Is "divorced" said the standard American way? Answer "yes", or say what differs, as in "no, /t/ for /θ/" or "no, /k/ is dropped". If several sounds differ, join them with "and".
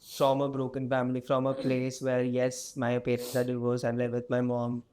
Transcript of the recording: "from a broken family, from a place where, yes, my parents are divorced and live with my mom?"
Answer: no, /t/ is dropped